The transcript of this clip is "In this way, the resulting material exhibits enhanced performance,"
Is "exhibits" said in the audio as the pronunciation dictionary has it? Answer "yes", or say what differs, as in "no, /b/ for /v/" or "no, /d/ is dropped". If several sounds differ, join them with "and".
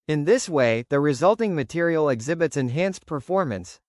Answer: yes